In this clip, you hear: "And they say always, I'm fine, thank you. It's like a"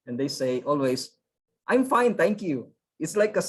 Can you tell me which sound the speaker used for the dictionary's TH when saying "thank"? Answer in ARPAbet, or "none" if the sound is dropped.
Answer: T